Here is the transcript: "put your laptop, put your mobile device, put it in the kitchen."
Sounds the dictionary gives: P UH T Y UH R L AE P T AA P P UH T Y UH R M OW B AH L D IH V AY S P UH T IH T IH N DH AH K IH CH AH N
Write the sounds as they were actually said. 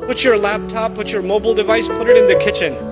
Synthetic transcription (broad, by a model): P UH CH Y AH R L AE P T AA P P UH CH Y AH R M OW B L D IH V AY S P UH T IH T IH N DH AH K IH CH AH N